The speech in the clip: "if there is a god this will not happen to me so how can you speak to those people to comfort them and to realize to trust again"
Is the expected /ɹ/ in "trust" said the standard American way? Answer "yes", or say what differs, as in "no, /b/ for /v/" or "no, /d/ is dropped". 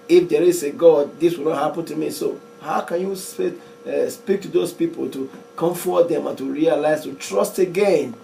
yes